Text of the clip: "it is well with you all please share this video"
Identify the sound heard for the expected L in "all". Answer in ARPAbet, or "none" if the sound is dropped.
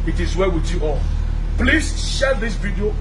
N